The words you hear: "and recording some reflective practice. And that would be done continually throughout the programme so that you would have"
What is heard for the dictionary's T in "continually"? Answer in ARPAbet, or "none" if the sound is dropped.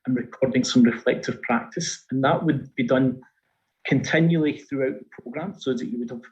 T